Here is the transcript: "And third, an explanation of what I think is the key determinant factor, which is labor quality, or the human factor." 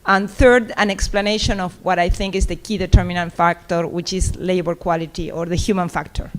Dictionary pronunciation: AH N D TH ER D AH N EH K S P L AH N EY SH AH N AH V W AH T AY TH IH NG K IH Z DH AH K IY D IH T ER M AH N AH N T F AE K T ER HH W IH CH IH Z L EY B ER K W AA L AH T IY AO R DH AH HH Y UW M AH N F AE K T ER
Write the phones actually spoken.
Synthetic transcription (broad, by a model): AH N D TH ER D AH N EH K S P L AH N EY SH AH N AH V W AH T AY TH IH NG K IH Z DH AH K IY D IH T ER M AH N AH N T F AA K T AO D W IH CH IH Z L EY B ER K W AA L AH T IY AO R DH AH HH Y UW M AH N F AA K T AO